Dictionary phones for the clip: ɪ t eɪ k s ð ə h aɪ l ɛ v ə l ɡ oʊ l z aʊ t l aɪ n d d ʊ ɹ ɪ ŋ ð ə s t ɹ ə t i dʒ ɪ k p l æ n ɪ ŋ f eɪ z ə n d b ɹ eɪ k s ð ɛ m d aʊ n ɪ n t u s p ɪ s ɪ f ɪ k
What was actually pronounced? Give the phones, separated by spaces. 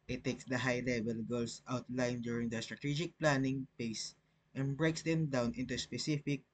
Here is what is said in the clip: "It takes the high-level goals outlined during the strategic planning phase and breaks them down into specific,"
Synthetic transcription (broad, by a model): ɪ t eɪ k s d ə h aɪ l ɛ v ə l ɡ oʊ l s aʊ t l aɪ n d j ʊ ɹ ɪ ŋ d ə s t ɹ ə t i dʒ ɪ k p l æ n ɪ ŋ p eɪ s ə n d b ɹ eɪ k s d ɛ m d aʊ n ɪ n t u s p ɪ s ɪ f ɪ k